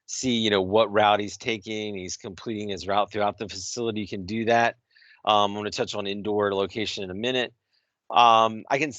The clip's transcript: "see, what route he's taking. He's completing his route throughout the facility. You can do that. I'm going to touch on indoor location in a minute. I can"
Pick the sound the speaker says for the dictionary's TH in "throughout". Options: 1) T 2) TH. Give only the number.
2